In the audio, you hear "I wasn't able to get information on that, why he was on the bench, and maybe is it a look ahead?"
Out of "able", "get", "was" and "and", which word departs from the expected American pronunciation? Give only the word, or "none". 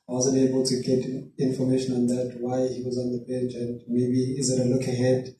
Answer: none